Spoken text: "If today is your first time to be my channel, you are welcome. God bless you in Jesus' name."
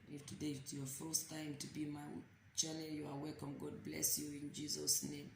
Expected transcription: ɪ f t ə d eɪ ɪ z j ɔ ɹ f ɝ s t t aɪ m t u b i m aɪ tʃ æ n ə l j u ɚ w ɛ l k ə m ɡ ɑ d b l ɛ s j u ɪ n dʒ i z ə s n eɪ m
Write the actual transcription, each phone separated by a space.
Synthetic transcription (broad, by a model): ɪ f t ə d eɪ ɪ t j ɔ f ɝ s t t aɪ m t u b i m aɪ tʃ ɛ l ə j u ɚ w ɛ k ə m ɡ ɑ d b l ɛ s j u ɪ n dʒ i z ə s n eɪ m